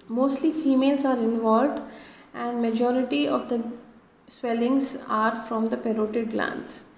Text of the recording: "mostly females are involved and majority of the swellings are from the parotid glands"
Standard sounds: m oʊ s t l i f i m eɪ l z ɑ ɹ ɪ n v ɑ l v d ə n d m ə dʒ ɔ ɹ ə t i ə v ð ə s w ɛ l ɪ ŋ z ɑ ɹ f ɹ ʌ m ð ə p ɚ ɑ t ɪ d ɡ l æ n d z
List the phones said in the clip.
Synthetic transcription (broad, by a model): m oʊ s t l i f i m eɪ l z ɑ ɹ ɪ n v ɑ l v d ə n d m ə dʒ ɔ ɹ ə t i ə v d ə s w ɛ l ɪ ŋ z ɑ ɹ f ɹ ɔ m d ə p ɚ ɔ t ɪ d l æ n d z